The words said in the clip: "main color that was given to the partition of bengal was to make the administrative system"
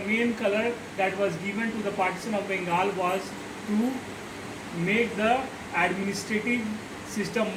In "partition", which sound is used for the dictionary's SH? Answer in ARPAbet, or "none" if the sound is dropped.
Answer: S